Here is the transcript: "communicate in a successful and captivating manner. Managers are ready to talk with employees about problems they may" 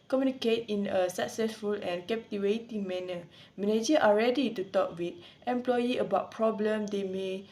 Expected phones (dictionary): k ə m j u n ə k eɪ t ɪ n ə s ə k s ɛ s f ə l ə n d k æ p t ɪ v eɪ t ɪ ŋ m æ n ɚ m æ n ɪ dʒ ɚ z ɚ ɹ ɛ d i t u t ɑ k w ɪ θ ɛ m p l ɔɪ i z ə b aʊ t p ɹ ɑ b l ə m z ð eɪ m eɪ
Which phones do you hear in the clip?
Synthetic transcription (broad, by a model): k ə m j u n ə k eɪ t ɪ n ə s ə k s ɛ s f ə l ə n k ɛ p t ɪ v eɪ t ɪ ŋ m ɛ n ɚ m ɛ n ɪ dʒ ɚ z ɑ ɹ ɛ d i t u t ɑ k w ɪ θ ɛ m p l ɔɪ i ə b aʊ t p ɹ ɑ b l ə m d eɪ m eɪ